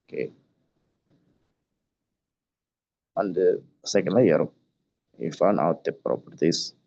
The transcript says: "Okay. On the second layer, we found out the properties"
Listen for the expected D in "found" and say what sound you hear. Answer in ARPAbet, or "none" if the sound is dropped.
none